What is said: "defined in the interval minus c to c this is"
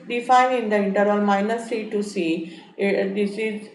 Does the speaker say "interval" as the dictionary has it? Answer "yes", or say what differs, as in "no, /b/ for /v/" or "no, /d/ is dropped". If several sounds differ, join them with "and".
no, /v/ is dropped